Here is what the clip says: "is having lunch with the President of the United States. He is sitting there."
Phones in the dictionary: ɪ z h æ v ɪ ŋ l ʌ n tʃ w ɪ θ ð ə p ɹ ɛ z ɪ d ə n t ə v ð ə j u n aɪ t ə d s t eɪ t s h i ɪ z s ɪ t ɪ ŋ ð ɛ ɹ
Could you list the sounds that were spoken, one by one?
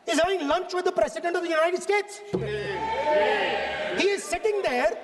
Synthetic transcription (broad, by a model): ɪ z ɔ ɪ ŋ l ʌ n tʃ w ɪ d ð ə p ɹ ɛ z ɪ d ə n t ə v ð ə j u n aɪ t ə d s t eɪ t s h i ɪ z s ɪ t ɪ ŋ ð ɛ ɹ